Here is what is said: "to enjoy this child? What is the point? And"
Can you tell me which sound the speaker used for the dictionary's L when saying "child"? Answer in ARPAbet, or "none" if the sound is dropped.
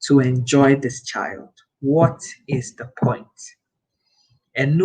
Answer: L